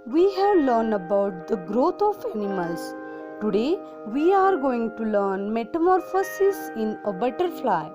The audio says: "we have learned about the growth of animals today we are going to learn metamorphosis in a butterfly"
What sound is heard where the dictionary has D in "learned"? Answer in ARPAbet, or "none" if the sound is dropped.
D